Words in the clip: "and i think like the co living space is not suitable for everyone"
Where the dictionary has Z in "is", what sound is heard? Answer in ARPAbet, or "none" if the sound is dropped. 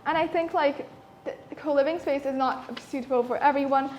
Z